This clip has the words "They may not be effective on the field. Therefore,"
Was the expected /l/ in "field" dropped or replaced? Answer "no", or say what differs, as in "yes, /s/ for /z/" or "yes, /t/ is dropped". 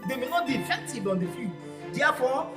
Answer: yes, /l/ is dropped